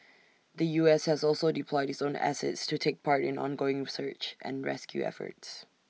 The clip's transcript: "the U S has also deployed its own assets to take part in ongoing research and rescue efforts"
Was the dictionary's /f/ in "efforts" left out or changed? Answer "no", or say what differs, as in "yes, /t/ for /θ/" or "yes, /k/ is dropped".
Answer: no